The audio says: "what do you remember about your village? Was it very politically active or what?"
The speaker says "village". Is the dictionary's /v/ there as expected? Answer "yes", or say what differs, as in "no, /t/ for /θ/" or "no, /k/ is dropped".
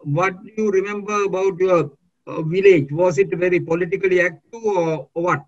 yes